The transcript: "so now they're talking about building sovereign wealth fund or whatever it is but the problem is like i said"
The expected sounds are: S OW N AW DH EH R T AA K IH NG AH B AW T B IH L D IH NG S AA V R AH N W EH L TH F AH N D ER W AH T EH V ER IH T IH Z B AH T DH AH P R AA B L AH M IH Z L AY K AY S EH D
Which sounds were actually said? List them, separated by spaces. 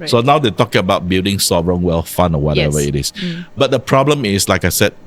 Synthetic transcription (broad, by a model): S OW N AW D EH T AA K AH B AW T B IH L D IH NG S AA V R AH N W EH L F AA N AO W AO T EH V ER IH T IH S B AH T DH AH P R AA B L AH M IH S L AY K AY S EH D